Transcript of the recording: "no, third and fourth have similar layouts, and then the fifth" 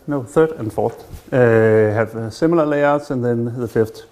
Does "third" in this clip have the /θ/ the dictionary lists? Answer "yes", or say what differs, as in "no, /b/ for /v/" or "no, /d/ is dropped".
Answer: yes